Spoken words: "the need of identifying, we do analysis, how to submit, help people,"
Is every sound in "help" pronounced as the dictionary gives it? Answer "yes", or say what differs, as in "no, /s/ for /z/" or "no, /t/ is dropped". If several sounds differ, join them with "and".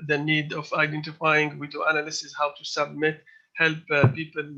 yes